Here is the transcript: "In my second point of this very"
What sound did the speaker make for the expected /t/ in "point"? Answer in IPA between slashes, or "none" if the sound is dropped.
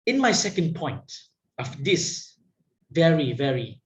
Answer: /t/